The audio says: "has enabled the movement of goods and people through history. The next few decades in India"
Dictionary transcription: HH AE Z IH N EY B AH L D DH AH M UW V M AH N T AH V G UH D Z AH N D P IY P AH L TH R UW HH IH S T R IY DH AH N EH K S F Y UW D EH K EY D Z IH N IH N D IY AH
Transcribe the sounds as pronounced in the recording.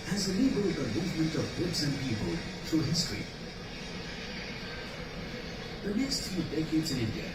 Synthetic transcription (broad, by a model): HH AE Z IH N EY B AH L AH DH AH M UW V M AH N T AH V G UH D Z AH N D P IY P AH L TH R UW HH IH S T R IY DH AH N EH K S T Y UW D EH K EY D Z IH N IH N D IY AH